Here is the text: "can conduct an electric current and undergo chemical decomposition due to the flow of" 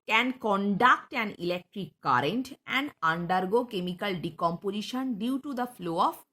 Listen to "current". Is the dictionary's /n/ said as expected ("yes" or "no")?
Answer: yes